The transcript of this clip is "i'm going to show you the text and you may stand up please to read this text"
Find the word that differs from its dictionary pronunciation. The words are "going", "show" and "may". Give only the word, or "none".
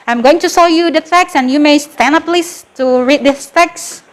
show